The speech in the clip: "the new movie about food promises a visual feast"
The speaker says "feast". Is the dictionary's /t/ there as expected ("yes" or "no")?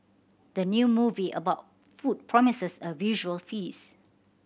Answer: no